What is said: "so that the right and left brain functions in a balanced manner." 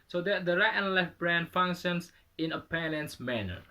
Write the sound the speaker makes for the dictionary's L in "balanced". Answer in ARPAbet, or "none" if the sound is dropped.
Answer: N